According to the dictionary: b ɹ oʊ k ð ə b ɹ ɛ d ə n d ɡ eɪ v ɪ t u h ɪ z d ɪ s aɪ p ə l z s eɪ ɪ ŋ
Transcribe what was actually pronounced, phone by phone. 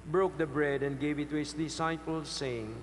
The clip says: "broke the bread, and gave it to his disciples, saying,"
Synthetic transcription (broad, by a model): b ɹ oʊ k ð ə b ɹ ɛ d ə n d ɡ eɪ v ɪ t u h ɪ s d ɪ s aɪ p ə l s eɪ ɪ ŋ